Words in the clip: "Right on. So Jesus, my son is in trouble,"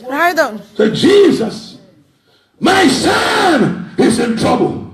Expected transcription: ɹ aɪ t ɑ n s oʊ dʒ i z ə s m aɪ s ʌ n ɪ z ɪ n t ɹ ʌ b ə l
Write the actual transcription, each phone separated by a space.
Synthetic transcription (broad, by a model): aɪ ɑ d s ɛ dʒ i z ə s m aɪ s ʌ n ɪ z ɪ n t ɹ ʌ b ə l